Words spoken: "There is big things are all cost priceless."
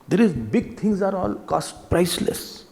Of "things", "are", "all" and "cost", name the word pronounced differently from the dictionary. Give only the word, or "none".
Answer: things